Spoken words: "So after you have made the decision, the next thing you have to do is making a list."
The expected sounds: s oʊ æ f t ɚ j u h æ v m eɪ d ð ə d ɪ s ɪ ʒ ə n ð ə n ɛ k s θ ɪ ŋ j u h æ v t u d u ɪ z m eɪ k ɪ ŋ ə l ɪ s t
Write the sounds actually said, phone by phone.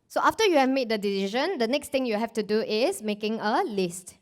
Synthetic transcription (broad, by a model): s oʊ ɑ f t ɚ j u h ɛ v m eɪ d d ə d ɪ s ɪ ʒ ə n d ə n ɛ k s t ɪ ŋ j u h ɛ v t u d u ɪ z m eɪ k ɪ ŋ ə l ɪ s t